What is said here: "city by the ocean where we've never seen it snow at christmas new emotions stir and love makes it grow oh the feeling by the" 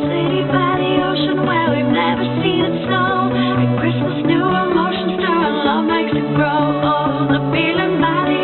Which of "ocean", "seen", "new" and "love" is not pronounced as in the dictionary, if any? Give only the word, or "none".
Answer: none